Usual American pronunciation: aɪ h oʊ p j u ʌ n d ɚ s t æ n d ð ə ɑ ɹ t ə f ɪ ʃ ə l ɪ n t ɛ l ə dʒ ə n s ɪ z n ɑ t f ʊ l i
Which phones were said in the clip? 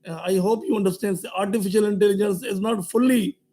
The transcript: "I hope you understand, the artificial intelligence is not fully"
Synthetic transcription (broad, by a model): aɪ h oʊ p j u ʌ n d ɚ s t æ n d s ɑ ɹ t ə f ɪ ʃ ə l ɪ n t ɛ l ə dʒ ə n s ɪ z n ɑ t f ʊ l i